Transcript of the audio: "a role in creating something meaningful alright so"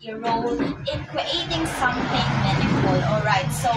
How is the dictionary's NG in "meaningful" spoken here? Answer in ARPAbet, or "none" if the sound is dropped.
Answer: none